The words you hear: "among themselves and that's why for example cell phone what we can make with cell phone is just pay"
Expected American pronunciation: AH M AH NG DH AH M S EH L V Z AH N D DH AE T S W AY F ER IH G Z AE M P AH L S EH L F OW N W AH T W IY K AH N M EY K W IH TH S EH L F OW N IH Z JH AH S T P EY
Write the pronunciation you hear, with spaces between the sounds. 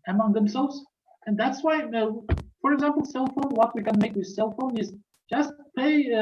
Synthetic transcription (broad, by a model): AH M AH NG DH AH M S EH L V Z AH N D DH AE T S W AY F ER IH G Z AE M P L S EH L F OW N W AH T W IY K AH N M EY K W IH S EH L F OW N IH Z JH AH S T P EY